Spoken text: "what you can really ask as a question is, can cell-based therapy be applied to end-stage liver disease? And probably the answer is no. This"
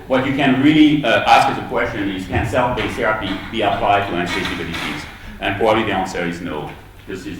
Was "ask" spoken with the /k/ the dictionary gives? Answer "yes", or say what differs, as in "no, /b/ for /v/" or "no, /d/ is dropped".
yes